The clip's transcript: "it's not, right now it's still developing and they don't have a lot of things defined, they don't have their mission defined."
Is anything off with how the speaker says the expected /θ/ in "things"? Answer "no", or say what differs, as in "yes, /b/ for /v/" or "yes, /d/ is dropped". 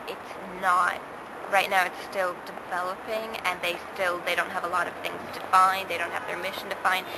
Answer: no